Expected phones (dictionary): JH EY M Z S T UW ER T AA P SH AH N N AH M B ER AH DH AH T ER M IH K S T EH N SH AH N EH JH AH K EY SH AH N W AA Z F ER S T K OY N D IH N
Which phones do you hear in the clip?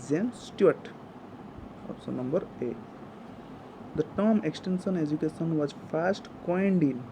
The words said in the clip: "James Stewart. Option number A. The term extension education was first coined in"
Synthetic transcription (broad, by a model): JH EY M S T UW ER T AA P S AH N N AH M B ER AH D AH T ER M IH K S T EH N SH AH N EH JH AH K EY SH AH N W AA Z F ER S T K OY N D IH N